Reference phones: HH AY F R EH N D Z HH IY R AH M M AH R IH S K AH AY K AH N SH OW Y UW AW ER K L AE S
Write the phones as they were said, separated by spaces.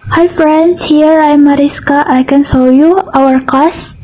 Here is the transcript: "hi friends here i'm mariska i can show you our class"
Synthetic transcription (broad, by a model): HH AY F R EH N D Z HH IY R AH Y M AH R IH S K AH AY K AH N S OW Y UW AW ER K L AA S